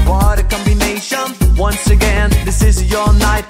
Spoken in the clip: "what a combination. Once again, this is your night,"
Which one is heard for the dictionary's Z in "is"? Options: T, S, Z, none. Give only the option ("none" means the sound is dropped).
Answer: Z